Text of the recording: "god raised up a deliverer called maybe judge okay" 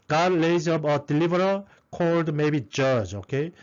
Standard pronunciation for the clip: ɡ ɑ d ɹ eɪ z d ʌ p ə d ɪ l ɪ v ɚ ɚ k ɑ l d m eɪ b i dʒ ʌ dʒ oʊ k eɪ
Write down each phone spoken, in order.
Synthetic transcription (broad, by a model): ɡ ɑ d l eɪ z ʌ b ə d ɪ l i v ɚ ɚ k ɑ l d m eɪ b i dʒ ʌ dʒ oʊ k eɪ